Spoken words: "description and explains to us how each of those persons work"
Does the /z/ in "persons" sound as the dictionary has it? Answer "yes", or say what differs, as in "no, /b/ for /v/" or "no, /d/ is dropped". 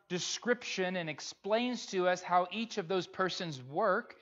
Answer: yes